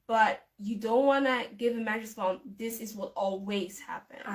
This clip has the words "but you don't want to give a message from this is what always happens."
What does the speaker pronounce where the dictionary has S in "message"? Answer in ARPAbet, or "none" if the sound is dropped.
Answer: none